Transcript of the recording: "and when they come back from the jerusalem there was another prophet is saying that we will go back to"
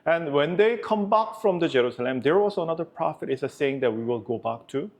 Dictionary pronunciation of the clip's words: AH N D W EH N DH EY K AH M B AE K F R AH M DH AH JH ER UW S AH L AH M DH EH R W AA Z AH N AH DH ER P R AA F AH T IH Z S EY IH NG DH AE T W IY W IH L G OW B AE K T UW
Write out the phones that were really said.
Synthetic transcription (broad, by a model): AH N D W EH N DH EY K AH M B AE K F R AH M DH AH JH ER UW S AH L AH M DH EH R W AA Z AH N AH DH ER P R AA F AH T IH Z S EY IH NG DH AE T W IY W IH L G OW B AE K T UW